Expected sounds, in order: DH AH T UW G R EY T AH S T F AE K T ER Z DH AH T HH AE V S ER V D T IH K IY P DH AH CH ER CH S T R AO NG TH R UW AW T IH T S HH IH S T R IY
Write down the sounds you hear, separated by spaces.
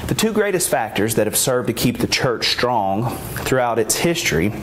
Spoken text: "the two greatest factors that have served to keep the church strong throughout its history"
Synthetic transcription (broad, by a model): DH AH T UW G R EY T AH S T F AE K T ER Z DH AH T HH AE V S ER V T IH K IY P DH AH CH ER CH S T R AO NG TH R UW AW T IH T S HH IH S T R IY